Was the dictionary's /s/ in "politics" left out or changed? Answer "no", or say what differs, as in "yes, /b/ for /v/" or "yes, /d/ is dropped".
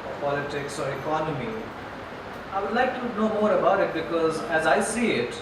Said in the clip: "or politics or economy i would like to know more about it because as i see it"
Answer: no